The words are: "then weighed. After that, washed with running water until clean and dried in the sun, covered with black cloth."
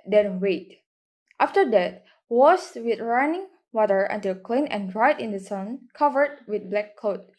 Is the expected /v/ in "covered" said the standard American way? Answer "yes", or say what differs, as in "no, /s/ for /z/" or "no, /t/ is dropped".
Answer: yes